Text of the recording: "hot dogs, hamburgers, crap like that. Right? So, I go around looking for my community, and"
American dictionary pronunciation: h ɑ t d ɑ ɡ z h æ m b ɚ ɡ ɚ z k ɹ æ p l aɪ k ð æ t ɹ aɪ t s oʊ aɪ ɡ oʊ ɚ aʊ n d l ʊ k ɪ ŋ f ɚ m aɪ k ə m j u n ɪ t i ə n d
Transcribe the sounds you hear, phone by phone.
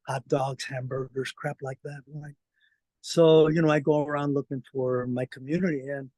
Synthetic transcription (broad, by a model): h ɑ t d ɑ ɡ z h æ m b ɚ ɡ ɚ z k ɹ æ p l aɪ k ð æ t w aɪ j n oʊ aɪ ɡ oʊ ɚ aʊ n d l ʊ k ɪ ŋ f ɚ m aɪ k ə m j u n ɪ t i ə n